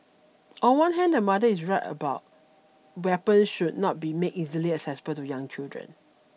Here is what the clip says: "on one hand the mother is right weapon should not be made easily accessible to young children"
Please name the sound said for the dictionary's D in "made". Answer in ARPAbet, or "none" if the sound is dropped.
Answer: none